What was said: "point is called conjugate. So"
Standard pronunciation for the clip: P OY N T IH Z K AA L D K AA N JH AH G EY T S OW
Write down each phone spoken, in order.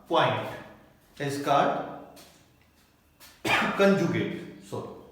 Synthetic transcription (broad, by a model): P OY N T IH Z K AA D K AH N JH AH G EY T S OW